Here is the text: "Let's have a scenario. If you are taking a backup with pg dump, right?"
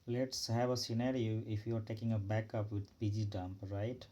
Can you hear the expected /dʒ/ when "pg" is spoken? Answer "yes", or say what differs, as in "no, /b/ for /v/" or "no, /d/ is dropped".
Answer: yes